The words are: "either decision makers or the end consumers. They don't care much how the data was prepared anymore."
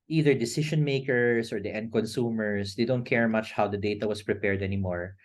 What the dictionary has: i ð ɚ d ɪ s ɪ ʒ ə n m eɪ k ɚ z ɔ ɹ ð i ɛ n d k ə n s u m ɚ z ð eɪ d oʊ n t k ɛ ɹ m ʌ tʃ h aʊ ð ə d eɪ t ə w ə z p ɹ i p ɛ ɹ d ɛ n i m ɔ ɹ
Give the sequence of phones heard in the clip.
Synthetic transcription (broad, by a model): i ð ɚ d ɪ s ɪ ʃ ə n m eɪ k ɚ s ɔ ɹ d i ɛ n d k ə n s u m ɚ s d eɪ d oʊ n t k ɛ ɹ m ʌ tʃ h aʊ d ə d eɪ t ə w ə s p ɹ i p ɛ ɹ d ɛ n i m ɔ ɹ